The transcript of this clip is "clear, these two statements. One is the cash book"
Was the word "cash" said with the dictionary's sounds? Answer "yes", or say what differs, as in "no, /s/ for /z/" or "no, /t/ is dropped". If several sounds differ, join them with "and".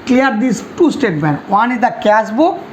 no, /s/ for /ʃ/